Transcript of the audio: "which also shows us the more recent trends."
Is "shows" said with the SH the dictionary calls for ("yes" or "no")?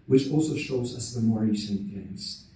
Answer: yes